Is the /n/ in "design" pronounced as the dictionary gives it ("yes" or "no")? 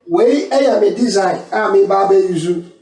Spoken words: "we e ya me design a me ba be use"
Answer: no